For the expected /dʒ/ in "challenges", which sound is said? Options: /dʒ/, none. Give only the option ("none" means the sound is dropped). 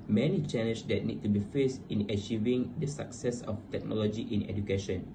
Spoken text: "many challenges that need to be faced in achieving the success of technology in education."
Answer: none